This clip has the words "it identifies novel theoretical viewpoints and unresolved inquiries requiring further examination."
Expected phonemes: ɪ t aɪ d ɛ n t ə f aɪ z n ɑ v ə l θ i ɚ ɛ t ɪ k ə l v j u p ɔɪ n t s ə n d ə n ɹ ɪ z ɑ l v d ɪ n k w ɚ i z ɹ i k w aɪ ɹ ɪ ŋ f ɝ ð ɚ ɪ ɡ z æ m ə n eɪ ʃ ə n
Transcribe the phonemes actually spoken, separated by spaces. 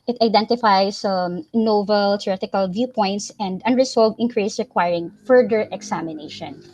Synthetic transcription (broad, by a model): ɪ t aɪ d ɛ n t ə f aɪ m n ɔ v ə l t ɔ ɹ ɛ t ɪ k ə l v j u p ɔɪ n t s ə n d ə n ɹ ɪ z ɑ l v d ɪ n k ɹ i s ɹ i k w aɪ ɹ ɪ ŋ f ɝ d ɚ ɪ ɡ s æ m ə n eɪ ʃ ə n